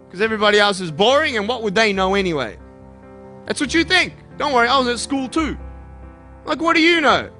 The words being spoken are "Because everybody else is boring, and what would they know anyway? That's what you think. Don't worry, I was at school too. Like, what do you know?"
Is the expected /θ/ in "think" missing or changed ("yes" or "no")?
no